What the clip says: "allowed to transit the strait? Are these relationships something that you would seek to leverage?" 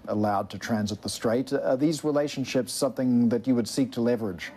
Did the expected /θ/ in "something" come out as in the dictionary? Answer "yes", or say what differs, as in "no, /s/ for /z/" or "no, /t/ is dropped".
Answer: yes